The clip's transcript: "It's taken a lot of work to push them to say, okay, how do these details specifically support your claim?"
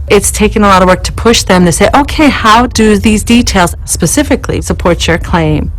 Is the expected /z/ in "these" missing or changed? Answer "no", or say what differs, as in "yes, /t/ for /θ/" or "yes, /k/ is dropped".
no